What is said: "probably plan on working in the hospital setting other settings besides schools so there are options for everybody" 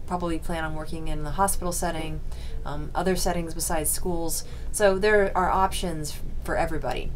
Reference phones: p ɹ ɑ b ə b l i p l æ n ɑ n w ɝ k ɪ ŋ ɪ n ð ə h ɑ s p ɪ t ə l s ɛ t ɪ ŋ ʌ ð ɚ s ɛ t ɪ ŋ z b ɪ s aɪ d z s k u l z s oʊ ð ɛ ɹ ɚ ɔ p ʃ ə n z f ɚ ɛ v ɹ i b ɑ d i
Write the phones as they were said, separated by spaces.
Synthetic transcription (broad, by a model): p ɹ ɑ b ə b l i p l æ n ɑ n w ɝ k ɪ ŋ ɪ n ð ə h ɑ s p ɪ t l s ɛ t ɪ ŋ ʌ ð ɚ s ɛ t ɪ ŋ z b ɪ s aɪ d z s k u l z s oʊ ð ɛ ɹ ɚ ɔ p ʃ ə n z f ɚ ɛ v ɹ i b ɑ d i